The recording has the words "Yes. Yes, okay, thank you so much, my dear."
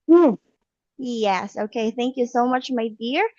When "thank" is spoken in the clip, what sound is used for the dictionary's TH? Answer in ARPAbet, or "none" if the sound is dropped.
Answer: TH